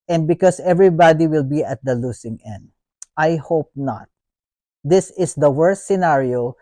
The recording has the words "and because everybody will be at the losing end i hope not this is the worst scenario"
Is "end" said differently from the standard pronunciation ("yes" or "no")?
no